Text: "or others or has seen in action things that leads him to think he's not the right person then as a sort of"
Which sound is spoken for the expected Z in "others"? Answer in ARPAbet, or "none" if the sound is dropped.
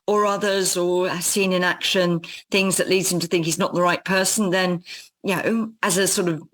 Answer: Z